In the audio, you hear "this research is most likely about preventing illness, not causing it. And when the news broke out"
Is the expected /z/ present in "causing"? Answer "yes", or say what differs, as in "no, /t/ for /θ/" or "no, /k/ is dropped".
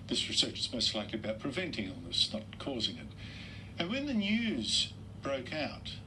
yes